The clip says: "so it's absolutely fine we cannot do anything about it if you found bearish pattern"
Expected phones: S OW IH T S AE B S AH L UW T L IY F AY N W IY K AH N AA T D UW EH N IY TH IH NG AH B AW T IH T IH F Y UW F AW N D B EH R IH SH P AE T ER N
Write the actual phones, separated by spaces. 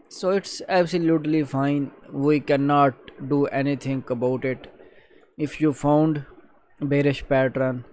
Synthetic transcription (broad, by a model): S OW IH T S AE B S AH L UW T L IY F AY N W IY K AH N AA T D UW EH N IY T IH NG AH B AW T IH T IH F Y UW F AW N D B EH R IH SH P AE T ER N